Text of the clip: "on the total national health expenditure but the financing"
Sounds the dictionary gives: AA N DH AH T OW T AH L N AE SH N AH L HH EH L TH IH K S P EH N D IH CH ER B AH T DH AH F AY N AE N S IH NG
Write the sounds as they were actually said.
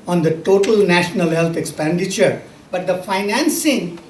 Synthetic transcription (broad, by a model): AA N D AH T OW T AH L N AE SH N AH L HH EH L T IH K S P EH N D IH CH ER B AH T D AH F AY N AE N S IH NG